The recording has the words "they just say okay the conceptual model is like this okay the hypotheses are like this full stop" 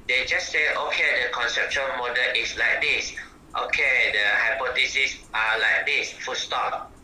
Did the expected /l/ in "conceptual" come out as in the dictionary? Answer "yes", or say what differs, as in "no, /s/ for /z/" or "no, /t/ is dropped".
no, /n/ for /l/